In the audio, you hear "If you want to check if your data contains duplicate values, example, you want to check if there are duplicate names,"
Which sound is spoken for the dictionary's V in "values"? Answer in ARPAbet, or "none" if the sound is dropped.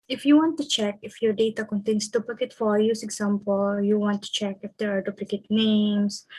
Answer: F